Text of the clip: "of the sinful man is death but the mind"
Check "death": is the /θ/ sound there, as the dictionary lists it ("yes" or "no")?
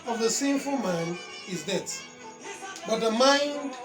no